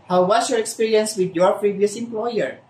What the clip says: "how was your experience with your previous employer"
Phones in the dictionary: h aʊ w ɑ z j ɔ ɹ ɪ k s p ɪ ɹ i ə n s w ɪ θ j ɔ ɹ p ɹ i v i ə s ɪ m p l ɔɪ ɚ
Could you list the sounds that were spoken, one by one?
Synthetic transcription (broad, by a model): h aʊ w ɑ s j ɔ ɹ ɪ k s p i ɹ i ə n s w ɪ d j ɔ ɹ p ɹ i v i ə s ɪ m p l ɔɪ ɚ